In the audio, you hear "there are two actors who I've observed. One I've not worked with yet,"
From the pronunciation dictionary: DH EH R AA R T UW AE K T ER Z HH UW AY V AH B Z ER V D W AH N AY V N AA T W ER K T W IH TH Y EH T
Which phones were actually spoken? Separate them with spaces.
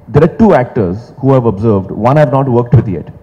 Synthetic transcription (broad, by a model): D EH R AA R T UW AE K T ER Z HH UW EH V AH B Z ER V D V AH N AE V N AA T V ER K T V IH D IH T